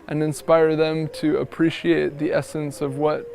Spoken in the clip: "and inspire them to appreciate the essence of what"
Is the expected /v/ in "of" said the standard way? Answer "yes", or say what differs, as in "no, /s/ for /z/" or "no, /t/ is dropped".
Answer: yes